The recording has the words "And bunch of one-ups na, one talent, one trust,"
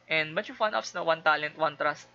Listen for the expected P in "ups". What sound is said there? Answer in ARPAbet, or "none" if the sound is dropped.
F